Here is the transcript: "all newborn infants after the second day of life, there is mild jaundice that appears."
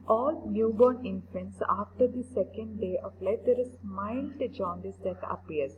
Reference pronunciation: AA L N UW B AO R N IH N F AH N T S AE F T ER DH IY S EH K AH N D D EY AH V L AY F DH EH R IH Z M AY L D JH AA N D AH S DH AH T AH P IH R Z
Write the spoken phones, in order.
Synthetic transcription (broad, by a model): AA L N UW B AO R N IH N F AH N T S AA F T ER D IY S EH K AH N D D EY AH P L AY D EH R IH S M AY L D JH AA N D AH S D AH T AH P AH R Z